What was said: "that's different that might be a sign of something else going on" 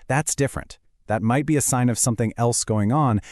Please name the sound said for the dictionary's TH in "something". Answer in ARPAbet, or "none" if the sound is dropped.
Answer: TH